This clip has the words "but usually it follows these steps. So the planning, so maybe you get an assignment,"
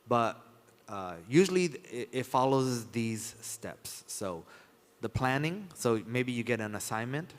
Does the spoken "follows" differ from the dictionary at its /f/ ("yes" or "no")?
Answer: no